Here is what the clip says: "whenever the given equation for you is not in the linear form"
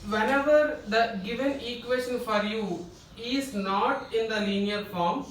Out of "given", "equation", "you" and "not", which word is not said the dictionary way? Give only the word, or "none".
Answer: equation